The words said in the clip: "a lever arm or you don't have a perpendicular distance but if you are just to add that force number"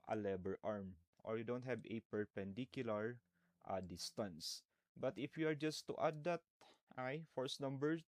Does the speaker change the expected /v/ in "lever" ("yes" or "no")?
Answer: yes